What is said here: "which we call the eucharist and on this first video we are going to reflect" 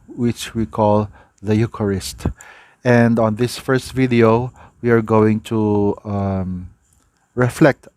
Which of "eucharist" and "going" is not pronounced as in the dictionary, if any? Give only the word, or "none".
none